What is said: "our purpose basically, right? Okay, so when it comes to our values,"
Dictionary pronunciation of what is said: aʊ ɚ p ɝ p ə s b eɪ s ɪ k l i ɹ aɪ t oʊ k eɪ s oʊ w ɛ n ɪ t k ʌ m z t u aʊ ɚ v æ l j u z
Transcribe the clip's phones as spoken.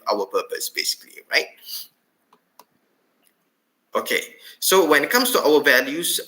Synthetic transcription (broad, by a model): aʊ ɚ p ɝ p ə s b eɪ s ɪ k l i ɹ aɪ t oʊ k eɪ s oʊ w ɛ n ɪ t k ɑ m s t u aʊ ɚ v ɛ l j u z